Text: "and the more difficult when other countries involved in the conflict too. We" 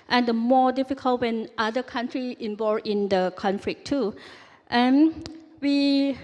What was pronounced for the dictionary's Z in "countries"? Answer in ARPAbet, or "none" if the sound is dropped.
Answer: none